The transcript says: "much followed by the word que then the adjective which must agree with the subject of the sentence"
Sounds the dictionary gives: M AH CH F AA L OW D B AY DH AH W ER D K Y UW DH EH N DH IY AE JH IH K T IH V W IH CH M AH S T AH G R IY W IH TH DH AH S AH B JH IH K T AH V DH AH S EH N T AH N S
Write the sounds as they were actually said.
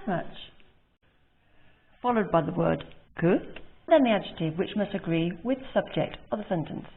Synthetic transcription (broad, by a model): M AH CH F AA L OW D B AY DH AH W ER D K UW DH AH N DH IY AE JH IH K T IH V W IH CH M AH S T AH G R IY W IH DH AH S AH B JH IH K T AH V DH AH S EH N T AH N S